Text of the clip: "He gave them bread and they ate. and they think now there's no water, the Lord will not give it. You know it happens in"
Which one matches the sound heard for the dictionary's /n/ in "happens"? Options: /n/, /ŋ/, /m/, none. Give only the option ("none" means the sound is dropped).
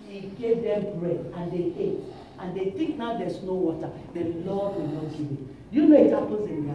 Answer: none